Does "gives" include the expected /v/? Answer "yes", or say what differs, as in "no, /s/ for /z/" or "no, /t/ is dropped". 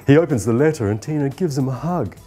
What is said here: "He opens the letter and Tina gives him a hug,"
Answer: yes